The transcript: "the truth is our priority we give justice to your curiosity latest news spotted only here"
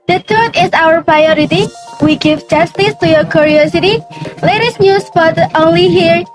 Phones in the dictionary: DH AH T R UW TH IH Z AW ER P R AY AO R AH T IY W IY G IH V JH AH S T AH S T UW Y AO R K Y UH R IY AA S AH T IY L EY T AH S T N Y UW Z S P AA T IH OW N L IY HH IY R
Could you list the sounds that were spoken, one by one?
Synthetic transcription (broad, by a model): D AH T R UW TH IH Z AW ER P R AY AO R AH T IY W IY G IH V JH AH S T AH S T UW Y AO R K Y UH R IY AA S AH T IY L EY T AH S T N Y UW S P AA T OW N L IY HH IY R